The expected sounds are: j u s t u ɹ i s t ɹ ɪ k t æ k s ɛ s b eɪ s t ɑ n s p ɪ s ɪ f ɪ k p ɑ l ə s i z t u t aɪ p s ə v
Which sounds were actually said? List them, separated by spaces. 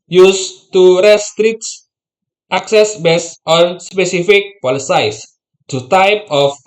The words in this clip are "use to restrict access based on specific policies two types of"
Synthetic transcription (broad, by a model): j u s t u ɹ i s t ɹ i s t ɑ k s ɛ s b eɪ s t ɑ n s p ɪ s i f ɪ k p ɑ l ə s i s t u t aɪ p ə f